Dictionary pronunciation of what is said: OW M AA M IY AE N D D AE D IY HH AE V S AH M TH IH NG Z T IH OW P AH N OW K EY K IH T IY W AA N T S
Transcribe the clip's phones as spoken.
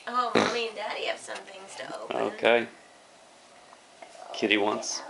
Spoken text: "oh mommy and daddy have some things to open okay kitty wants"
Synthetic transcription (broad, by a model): OW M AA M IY N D D AE D IY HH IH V S AH M TH IH NG Z T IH OW AH OW K EY K IH T IY W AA N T S